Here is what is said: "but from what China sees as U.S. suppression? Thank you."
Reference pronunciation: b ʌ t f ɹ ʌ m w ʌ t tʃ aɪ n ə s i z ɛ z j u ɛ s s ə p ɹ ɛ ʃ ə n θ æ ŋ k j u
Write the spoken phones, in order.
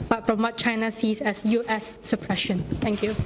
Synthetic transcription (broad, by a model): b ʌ t f ɹ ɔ m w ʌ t tʃ aɪ n ə s i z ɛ s j u ɛ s s ə p ɹ ɛ ʃ ə n t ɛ ŋ k j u